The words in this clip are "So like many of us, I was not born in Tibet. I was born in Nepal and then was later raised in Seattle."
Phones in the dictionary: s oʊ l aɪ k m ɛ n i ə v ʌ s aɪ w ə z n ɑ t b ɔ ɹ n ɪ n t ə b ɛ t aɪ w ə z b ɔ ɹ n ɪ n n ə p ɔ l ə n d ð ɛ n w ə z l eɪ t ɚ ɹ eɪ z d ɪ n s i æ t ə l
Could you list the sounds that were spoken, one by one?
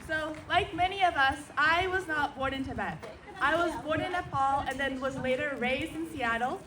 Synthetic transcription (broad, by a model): s oʊ l aɪ k m ɛ n i ə v ʌ s aɪ w ə z n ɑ t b ɔ ɹ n ɪ n t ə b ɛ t aɪ w ə z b ɔ ɹ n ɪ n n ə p ɔ l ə n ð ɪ n w ə z l eɪ t ɚ ɹ eɪ z d ɪ n s i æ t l